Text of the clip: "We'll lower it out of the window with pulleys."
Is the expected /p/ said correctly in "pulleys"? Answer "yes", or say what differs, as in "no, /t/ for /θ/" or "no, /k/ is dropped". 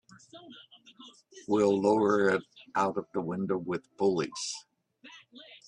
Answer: no, /b/ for /p/